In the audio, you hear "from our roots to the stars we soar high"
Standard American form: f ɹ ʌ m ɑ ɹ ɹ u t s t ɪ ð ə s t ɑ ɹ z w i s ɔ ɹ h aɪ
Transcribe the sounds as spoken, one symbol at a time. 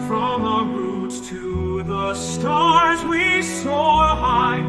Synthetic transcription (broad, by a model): f ɹ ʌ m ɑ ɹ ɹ u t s t ɪ ð ə s t ɑ ɹ z w i s ɔ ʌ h aɪ